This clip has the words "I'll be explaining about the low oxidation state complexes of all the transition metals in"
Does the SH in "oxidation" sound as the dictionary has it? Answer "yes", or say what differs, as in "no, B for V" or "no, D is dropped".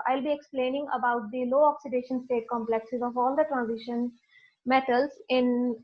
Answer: yes